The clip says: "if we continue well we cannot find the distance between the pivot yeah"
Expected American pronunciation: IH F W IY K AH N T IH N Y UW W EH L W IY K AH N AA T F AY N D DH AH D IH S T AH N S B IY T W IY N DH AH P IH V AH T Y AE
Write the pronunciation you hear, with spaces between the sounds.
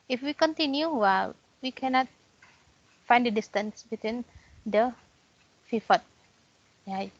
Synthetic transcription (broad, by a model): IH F W IY K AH N T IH N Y UW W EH L W IY K AH N AA T F AY N D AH D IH S T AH N S B IY T W IY N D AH F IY F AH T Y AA